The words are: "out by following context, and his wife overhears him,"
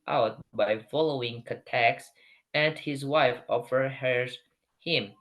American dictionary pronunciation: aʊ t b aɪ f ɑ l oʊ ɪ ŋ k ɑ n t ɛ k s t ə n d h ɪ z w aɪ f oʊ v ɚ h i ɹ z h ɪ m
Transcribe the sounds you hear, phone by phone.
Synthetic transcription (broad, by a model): aʊ t b aɪ f ɑ l oʊ ɪ ŋ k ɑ t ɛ k s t ə n d h ɪ z w aɪ f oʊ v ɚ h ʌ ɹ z h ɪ m